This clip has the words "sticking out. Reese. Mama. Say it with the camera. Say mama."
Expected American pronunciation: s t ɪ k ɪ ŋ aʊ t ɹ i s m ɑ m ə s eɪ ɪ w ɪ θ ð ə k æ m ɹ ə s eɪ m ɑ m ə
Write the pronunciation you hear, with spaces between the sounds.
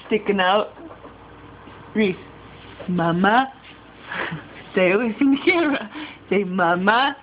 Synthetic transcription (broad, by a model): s t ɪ k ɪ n aʊ t ɹ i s m ɑ m ə s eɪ ɪ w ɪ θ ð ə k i ɹ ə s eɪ m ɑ m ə